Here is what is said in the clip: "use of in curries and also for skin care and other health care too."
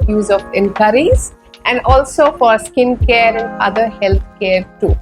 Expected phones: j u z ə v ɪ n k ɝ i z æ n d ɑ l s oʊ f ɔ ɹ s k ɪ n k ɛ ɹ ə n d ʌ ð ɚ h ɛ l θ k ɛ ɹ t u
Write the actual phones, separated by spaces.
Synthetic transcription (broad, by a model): j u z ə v ɪ n k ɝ i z æ n d ɑ l s oʊ f ɔ ɹ s k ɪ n k ɛ ɹ ə n d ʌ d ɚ h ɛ l t k ɛ ɹ t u